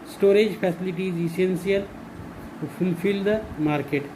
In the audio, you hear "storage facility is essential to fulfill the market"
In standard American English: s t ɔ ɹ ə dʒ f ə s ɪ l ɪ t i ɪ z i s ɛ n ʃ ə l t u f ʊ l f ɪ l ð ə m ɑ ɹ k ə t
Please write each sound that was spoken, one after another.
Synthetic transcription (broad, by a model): s t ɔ ɹ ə dʒ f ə s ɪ l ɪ t i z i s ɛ n s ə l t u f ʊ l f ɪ l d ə m ɑ ɹ k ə t